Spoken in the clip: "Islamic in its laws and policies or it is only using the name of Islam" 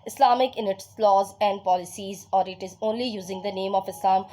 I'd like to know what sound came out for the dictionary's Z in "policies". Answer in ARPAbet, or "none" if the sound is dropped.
Z